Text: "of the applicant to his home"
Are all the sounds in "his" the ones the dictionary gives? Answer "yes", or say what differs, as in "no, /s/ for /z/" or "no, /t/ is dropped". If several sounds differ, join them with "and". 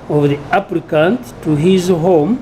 yes